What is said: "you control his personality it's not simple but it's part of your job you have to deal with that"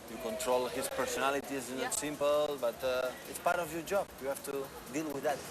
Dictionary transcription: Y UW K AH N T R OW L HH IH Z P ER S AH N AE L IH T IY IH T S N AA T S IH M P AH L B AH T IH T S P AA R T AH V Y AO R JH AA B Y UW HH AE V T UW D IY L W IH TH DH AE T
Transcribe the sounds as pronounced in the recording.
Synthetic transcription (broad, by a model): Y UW K AH N T R OW L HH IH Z P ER S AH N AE L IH T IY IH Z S N AA T S IH M P AH L B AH T IH T S P AA R T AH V Y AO R JH AA B Y UW HH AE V T UW D IY L W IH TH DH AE T